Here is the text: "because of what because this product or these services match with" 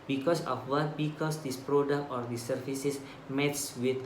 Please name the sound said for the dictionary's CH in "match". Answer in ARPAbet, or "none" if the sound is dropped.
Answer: S